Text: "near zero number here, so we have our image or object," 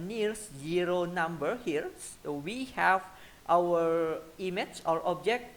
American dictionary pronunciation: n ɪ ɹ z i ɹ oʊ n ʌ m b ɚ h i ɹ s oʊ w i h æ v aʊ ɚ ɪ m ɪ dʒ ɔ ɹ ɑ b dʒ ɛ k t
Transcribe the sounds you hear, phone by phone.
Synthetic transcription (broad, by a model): n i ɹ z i ɹ oʊ n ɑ m b ɚ h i ɹ s oʊ w i h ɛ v aʊ ɚ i m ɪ tʃ ɔ ɹ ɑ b dʒ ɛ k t